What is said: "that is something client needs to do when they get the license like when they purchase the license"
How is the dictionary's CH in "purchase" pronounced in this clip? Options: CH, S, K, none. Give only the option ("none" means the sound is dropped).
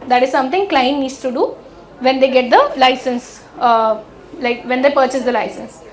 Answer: CH